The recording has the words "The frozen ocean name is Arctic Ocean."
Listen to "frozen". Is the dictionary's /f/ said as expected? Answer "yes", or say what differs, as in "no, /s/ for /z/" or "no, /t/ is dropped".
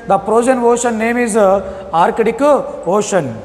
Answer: no, /p/ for /f/